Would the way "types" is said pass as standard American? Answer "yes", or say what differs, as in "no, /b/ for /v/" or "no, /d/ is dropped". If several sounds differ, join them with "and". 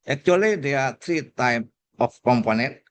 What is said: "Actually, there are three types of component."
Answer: no, /s/ is dropped